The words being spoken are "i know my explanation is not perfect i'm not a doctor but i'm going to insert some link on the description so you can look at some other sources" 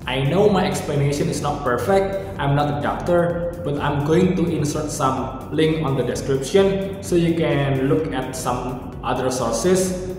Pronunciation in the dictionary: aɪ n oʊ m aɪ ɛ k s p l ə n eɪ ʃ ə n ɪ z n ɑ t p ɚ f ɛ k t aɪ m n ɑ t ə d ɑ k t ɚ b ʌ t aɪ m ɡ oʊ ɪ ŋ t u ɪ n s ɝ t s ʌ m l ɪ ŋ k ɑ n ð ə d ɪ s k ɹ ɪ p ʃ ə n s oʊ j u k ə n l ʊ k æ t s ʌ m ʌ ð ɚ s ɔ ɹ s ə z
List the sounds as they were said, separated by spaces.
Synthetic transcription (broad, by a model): aɪ n oʊ m aɪ ɛ k s p l ə n eɪ ʃ ə n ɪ s n ɑ t p ɚ f ɛ k t aɪ m n ɑ t ə d ɑ k t ɚ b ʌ t aɪ m ɡ oʊ ɪ ŋ t u ɪ n s ɝ t s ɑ m l ɪ ŋ k ɑ n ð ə d ɪ s k ɹ ɪ p ʃ ə n s oʊ j u k ə n l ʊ k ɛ t s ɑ m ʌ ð ɚ s ɔ ɹ s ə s